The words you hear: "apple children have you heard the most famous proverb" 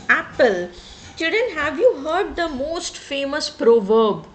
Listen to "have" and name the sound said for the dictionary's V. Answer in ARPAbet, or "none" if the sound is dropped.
V